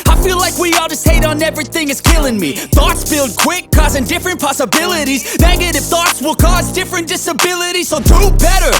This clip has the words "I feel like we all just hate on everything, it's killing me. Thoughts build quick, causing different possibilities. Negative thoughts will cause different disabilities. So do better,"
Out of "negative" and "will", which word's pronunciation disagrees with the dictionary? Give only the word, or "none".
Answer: negative